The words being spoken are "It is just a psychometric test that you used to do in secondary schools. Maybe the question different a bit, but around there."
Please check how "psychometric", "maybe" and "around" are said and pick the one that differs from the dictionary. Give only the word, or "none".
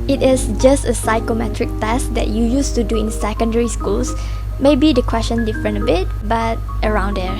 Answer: none